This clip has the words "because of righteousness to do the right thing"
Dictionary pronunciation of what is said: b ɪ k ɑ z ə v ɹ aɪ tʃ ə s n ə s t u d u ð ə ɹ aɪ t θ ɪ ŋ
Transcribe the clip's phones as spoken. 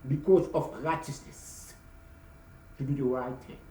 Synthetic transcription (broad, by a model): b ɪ k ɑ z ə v ɹ aɪ tʃ ə s n ə s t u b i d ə ɹ aɪ t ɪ